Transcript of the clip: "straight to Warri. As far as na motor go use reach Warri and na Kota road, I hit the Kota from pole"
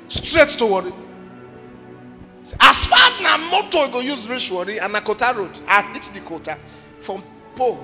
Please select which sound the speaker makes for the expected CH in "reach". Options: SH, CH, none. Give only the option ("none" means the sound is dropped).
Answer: SH